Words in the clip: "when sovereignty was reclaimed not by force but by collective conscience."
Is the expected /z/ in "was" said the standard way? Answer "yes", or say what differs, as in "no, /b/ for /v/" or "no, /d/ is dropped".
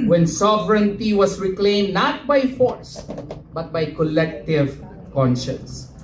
no, /s/ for /z/